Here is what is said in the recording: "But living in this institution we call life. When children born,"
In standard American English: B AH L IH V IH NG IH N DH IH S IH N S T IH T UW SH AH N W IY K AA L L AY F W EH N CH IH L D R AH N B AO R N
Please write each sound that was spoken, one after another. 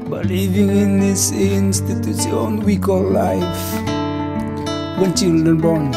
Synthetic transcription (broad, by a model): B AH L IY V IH NG IH N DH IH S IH N S T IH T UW S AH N W IY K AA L L AY F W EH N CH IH L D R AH N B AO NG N